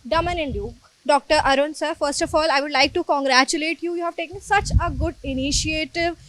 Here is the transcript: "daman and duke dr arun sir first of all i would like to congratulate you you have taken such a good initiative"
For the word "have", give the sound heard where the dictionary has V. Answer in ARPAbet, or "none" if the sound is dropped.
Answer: V